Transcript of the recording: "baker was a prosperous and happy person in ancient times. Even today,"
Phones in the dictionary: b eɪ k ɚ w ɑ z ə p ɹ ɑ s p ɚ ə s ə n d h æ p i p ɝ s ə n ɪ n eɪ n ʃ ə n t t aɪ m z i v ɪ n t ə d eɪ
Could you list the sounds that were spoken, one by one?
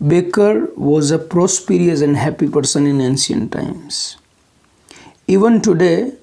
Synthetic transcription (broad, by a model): b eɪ k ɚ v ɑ z ə p ɹ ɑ s p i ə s ə n d h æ p i p ɝ s ə n ɪ n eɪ n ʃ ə n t t aɪ m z i v ɪ n t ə d eɪ